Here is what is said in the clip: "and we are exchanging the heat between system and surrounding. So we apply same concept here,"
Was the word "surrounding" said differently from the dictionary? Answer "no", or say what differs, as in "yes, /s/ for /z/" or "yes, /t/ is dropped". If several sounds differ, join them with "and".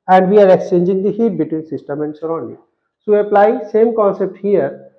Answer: yes, /n/ is dropped